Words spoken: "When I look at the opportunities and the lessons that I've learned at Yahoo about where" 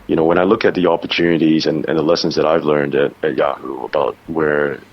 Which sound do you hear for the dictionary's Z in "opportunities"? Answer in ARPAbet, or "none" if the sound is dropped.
Z